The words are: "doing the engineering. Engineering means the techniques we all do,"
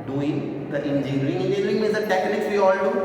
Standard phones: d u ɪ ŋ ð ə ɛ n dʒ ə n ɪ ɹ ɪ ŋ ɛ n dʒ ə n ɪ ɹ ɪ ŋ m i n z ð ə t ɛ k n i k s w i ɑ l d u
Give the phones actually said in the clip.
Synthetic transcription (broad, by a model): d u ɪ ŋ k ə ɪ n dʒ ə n ɹ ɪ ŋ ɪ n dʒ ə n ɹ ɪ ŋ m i z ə t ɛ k n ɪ k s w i ɑ l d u